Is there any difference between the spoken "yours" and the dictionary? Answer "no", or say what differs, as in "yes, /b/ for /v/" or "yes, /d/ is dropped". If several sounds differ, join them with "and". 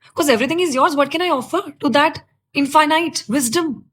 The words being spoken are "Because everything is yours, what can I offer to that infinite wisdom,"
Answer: no